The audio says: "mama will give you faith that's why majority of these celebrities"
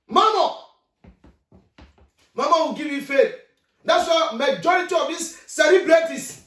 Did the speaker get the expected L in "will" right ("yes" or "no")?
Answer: no